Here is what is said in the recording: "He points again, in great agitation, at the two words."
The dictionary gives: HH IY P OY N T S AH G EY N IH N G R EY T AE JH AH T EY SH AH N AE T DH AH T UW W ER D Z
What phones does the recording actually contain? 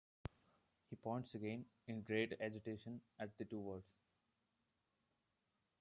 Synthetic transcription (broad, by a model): HH IY P OY N T S AH G EY N IH N G R EY T AE JH AH T EY SH AH N AE T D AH T UW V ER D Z